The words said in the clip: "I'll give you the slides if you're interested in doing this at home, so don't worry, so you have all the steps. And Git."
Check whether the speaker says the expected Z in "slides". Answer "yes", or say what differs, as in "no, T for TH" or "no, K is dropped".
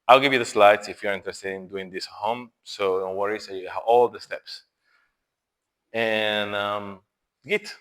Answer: no, S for Z